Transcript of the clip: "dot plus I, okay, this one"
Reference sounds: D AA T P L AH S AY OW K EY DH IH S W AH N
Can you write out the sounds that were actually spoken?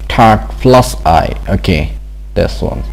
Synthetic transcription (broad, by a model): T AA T F L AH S AY OW K EY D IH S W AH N